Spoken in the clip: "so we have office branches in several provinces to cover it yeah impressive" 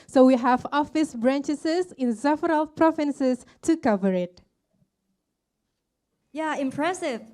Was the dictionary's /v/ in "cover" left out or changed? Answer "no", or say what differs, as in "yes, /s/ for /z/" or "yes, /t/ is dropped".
no